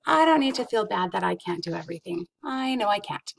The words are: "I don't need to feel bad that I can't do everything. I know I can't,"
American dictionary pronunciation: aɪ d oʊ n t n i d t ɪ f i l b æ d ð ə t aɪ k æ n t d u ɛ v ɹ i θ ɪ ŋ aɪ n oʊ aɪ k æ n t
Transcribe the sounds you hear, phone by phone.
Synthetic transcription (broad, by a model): aɪ d oʊ n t n i d t ɪ f i l b æ d ð ə t aɪ k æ n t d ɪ ɛ v ɹ i θ ɪ ŋ aɪ n oʊ aɪ k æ n t